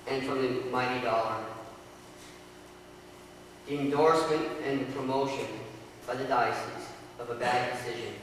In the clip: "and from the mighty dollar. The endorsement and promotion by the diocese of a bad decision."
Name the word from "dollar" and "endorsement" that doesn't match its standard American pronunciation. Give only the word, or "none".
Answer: none